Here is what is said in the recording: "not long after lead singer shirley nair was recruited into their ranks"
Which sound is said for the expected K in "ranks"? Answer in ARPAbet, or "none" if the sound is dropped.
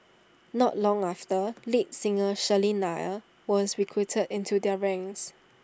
none